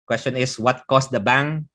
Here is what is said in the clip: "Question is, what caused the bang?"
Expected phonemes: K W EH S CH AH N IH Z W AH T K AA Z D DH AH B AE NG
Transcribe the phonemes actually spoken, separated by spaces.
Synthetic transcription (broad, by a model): K W EH S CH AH N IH S W AH T K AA S D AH B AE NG